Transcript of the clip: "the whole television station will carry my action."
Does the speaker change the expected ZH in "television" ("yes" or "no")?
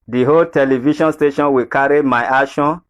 yes